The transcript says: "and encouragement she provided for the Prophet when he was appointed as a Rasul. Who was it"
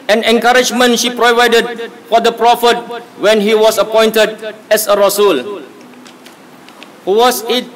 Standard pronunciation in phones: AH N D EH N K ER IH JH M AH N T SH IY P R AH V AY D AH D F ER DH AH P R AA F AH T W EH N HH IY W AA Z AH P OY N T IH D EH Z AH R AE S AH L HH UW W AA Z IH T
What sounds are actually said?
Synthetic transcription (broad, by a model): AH N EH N K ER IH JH M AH N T SH IY P R AH V AY D AH D F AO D AH P R AA F AH T W EH N HH IY W AA S AH P OY N T IH D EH S AH R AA S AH L HH UW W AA S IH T